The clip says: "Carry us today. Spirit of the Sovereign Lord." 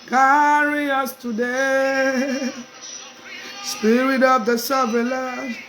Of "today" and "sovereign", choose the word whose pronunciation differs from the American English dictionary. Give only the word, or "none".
sovereign